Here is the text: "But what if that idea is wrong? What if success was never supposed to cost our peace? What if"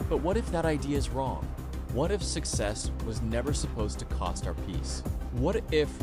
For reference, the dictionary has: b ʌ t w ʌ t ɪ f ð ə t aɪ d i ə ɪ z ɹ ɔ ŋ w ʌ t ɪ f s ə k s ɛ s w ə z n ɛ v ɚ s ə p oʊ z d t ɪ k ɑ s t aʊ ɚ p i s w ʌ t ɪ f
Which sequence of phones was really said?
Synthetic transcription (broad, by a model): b ʌ t w ʌ t ɪ f ð ə t aɪ d i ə ɪ z ɹ ɔ ŋ w ʌ t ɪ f s ə k s ɛ s w ə z n ɛ v ɚ s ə p oʊ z t ɪ k ɑ s t aʊ ɚ p i s w ʌ t ɪ f